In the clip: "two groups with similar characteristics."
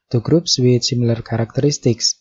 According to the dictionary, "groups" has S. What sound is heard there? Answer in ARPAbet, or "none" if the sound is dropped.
S